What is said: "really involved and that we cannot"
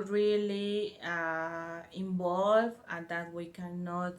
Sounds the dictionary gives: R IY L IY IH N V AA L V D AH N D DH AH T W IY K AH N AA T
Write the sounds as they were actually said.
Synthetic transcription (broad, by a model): R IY L IY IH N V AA L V AH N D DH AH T W IY K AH N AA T